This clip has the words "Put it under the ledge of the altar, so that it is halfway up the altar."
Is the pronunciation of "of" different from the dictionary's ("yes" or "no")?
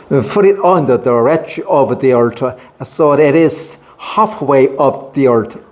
no